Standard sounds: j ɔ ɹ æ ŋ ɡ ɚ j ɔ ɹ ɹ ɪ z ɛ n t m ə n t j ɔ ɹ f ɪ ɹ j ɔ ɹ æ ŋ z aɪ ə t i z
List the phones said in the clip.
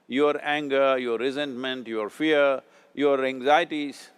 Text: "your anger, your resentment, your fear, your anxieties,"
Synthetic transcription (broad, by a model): j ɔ ɹ æ ŋ ɡ ɚ j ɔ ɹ ɹ ɪ z ɛ n t m ə n t j ɔ ɹ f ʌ ɹ j ɔ ɹ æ ŋ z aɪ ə t i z